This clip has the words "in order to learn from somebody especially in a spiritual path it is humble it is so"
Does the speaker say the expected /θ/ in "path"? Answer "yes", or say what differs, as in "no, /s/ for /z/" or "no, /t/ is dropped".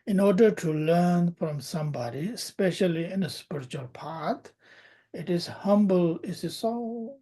no, /t/ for /θ/